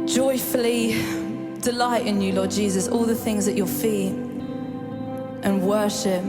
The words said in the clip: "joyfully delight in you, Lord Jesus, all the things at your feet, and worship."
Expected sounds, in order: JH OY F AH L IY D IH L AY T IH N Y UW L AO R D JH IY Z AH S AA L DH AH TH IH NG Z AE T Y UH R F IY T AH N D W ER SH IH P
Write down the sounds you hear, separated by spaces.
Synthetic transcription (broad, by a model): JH OY F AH L IY D IH L AY T IH N Y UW L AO D JH IY Z AH S AA L DH AH TH IH NG Z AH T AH F IY T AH N W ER SH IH P